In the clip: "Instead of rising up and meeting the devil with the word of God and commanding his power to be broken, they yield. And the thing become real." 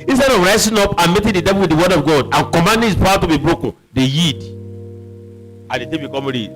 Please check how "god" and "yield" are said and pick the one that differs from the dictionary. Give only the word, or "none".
yield